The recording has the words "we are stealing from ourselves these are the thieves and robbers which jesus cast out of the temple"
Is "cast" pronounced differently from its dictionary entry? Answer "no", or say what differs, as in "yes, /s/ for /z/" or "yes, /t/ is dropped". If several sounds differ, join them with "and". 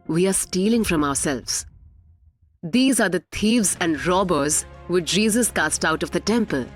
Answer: no